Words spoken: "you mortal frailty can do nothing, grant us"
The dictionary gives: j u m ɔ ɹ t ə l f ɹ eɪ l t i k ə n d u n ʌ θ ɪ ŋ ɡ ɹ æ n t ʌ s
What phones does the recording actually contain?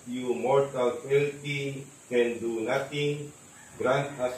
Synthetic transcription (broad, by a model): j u m ɔ ɹ t ə l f eɪ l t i k ə n d u n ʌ t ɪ ŋ ɡ ɹ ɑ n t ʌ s